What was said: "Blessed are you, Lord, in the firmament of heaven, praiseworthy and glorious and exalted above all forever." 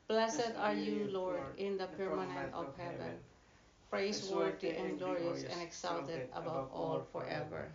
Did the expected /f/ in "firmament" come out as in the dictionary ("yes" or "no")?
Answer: no